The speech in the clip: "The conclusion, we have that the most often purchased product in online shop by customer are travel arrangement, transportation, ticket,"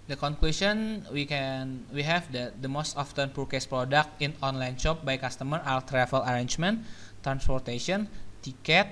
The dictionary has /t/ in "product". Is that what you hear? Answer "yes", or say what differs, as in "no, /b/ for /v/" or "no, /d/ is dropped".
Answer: yes